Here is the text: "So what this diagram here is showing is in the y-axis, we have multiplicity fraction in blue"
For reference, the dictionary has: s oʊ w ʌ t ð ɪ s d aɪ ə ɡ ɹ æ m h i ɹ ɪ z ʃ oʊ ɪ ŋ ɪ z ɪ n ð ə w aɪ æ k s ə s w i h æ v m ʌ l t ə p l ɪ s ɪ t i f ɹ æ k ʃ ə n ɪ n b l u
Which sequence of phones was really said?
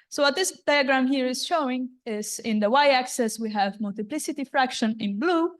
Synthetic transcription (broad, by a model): s oʊ w ʌ t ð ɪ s d aɪ ə ɡ ɹ æ m h i ɹ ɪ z ʃ oʊ ɪ ŋ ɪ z ɪ n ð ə w aɪ æ k s ə s w i h æ v m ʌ l t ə p l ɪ s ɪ t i f ɹ æ k ʃ ə n ɪ n b l u